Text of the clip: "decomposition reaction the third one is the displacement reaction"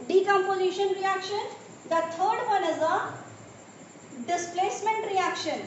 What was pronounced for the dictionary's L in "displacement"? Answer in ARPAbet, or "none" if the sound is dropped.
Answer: L